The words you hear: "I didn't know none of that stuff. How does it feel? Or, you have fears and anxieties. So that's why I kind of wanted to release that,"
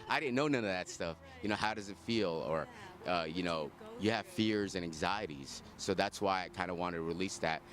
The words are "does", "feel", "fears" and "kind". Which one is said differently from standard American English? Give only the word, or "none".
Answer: none